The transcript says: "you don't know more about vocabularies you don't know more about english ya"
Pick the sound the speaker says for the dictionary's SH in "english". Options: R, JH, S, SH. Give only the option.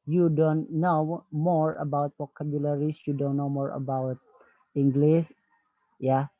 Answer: S